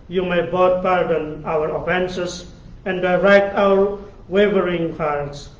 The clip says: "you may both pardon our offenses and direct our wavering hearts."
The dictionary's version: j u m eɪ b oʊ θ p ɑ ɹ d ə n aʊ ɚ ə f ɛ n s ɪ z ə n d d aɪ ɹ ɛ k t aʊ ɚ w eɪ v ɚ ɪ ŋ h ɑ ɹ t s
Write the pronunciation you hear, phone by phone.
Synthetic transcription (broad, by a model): j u m eɪ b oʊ t p ɑ ɹ d ə n aʊ ɚ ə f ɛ n s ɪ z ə n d d aɪ ɹ ɛ k t aʊ ɚ w eɪ v ɚ ɪ ŋ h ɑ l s